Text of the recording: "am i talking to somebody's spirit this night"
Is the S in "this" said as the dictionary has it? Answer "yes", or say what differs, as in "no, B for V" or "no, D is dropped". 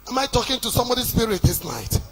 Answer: yes